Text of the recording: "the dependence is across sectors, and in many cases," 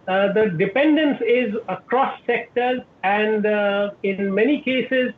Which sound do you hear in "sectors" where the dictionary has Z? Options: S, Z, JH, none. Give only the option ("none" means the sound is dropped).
none